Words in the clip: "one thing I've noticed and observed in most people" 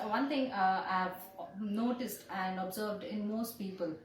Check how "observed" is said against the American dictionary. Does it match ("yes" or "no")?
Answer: yes